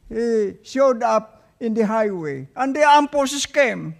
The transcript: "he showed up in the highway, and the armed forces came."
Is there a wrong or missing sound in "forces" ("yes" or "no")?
yes